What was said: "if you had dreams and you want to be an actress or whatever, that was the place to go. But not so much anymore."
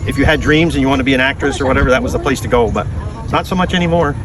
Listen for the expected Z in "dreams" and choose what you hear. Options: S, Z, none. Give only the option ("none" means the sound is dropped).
Z